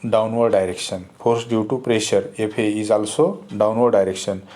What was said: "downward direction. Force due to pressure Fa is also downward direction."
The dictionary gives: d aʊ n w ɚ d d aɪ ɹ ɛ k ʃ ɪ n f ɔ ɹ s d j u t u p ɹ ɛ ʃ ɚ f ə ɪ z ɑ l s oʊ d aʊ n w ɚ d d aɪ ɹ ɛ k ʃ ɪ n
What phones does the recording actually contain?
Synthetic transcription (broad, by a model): d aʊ n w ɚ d d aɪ ɹ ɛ k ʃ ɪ n p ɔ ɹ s d j u t u p ɹ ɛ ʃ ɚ p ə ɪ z ɑ l s oʊ d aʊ n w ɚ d d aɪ ɹ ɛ k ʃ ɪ n